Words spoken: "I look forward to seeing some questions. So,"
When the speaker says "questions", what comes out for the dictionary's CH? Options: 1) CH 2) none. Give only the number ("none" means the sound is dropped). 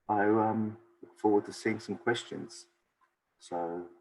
1